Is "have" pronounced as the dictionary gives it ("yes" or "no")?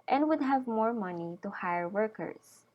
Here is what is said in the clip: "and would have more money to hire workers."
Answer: yes